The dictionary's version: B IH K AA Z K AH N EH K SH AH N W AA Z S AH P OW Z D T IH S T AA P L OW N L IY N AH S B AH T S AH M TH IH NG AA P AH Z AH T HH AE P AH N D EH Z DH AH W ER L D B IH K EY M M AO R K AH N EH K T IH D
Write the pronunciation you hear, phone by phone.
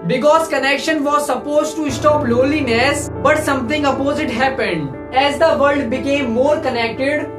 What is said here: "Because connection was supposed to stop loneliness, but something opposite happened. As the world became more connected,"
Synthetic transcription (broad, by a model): B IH K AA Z K AH N EH K SH AH N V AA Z S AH P OW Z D T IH S T AA P L OW L IY N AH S B AH T S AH M T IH NG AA P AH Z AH T HH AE P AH N D EH Z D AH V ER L D B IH K EY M M AO R K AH N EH K T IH D